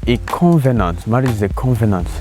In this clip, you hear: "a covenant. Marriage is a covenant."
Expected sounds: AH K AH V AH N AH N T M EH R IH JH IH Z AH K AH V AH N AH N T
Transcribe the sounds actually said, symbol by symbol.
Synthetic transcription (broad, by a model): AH K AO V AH N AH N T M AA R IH Z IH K AH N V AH N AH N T